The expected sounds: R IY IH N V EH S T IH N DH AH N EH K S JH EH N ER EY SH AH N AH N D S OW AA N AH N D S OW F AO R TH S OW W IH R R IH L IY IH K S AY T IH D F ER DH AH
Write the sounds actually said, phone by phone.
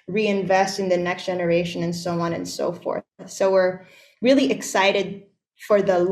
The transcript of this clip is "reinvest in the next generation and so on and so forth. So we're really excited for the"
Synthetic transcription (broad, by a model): R IY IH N V EH S T IH N DH AH N EH K S JH EH N ER EY SH AH N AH N S OW AA N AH N S OW F AO R TH S OW W IH R R IH L IY IH K S AY T IH D F ER DH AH